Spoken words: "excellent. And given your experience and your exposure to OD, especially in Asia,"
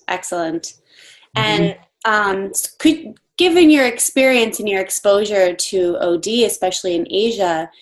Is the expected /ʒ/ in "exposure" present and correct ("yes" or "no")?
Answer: yes